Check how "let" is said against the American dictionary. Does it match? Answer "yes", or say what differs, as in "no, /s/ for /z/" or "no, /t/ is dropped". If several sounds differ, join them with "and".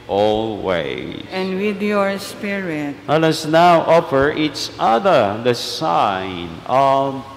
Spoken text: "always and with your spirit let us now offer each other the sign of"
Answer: no, /w/ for /l/